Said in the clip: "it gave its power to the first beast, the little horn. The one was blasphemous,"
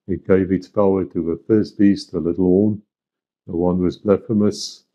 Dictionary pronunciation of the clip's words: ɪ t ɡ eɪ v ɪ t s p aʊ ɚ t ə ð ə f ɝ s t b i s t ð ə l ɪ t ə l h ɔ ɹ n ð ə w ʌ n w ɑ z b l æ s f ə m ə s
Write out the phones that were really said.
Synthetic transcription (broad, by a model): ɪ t ɡ eɪ v ɪ t s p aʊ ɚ t ə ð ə f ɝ s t b i s t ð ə l ɪ t l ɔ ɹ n ð ə w ʌ n w ɑ z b l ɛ f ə m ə s